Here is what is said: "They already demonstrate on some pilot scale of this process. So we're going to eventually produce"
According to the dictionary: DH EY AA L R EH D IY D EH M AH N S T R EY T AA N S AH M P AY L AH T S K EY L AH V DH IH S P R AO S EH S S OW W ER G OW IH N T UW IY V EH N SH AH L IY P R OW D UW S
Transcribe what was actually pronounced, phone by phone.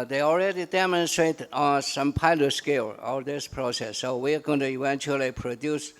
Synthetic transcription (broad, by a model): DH EY AA L R EH D IY D EH M AH N S T R EY T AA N S AH M P AY L AH T S K EY L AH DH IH S P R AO S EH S S OW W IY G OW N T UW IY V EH N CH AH L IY P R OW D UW S